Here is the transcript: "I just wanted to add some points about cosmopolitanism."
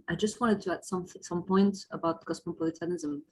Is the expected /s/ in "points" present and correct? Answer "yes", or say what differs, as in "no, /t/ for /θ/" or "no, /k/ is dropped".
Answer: no, /s/ is dropped